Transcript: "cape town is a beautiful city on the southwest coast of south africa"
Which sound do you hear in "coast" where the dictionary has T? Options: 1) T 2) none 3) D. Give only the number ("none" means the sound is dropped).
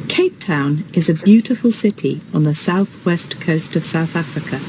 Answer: 1